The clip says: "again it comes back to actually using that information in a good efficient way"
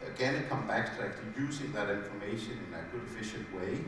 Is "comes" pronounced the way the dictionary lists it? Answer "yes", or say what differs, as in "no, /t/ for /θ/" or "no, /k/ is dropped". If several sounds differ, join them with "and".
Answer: no, /z/ is dropped